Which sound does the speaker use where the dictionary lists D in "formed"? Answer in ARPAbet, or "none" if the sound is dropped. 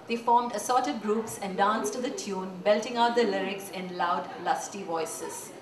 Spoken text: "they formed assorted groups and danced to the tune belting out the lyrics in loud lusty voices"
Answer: D